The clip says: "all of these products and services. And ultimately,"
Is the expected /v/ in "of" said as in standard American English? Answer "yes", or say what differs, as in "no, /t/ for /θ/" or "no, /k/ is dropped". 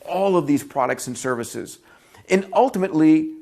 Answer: yes